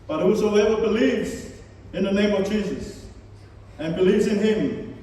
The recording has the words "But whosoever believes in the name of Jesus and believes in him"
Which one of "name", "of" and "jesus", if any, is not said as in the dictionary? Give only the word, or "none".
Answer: none